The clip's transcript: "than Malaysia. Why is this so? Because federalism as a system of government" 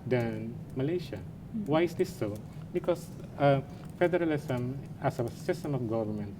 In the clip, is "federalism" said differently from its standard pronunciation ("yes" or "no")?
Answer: yes